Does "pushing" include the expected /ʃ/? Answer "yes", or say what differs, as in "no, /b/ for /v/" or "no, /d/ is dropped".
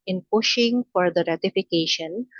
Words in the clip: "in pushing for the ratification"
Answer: yes